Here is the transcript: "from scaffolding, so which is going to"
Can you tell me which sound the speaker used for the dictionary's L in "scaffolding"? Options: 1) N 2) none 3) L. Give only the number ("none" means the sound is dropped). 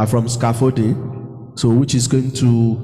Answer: 2